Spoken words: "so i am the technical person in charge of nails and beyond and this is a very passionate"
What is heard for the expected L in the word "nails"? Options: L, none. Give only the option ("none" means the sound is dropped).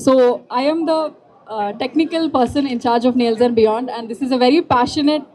L